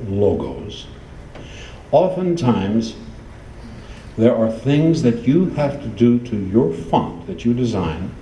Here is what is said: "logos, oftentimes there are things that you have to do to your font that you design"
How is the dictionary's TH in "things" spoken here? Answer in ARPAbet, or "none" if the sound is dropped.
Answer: TH